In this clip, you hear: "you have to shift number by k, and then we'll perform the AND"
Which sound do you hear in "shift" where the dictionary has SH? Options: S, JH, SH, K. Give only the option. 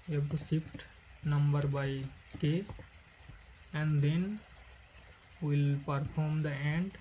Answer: S